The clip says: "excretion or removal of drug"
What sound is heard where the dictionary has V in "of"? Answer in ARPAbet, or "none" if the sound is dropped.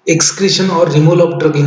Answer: P